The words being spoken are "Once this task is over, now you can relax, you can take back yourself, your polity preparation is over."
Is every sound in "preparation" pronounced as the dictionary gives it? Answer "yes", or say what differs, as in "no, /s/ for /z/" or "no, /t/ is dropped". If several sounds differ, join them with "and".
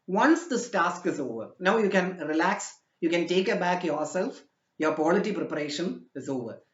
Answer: yes